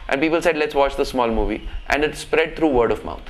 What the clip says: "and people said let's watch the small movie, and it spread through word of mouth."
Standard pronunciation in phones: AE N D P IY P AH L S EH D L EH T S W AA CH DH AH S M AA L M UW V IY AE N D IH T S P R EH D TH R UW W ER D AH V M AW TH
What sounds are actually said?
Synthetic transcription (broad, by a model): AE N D P IY P AH L S EH D L EH T S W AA CH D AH S M AA L M UW V IY AE N D IH T S P R EH D T R UW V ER D AH V M AW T